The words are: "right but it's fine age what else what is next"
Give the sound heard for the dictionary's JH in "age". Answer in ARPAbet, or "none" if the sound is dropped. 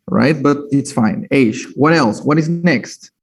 SH